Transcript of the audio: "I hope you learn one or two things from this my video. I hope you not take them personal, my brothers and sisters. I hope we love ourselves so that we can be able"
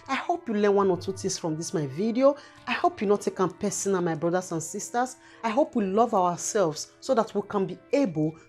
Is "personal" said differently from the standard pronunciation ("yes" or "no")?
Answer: yes